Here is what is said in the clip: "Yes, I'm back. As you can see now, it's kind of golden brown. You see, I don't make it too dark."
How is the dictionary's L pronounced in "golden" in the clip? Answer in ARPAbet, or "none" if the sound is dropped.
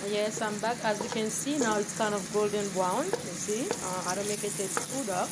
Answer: L